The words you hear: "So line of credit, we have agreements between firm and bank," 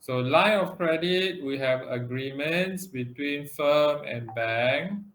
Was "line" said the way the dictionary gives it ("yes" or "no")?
no